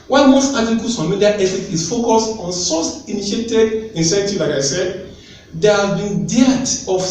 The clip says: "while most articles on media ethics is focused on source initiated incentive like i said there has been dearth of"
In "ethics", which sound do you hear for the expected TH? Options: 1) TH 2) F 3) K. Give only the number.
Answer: 2